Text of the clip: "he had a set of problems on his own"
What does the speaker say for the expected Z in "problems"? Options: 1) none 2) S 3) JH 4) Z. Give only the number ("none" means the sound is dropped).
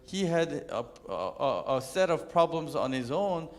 4